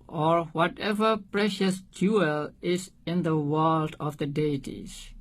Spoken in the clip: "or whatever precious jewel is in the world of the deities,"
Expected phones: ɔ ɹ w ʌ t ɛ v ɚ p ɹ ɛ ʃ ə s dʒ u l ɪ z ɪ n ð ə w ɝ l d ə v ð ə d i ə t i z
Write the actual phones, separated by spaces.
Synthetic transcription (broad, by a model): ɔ ɹ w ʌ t ɛ v ɚ p ɹ ɛ ʃ ə s dʒ u l ɪ z ɪ n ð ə w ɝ l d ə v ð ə d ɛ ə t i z